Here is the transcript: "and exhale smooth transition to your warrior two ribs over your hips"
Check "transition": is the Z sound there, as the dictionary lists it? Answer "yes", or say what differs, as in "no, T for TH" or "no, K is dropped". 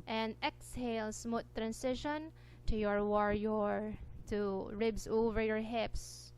no, S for Z